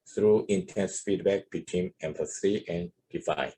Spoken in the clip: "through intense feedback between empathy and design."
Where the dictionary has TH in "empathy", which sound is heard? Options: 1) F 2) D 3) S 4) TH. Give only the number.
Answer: 3